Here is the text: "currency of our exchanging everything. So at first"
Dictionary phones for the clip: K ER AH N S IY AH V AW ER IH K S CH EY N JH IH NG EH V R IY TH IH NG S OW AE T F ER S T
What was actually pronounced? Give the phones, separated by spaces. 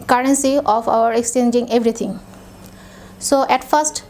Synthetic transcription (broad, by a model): K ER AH N S IY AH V AW ER IH K S CH EY N JH IH NG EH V R IY T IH NG S OW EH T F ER S T